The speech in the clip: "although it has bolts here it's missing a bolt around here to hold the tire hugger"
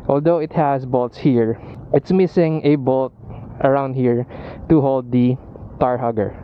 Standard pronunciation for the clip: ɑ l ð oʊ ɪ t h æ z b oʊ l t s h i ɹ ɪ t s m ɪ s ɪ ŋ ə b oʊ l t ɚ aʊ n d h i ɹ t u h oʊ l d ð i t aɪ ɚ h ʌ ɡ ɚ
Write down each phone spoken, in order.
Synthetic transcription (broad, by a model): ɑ l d oʊ ɪ t h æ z b oʊ l t s h i ɹ ɪ t s m ɪ s ɪ ŋ ə b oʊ l t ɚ aʊ n d h i ɹ t u h oʊ l d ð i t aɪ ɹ h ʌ ɡ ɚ